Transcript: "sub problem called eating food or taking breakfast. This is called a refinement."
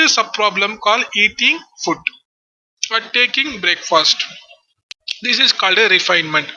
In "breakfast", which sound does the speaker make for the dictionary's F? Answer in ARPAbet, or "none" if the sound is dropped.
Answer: F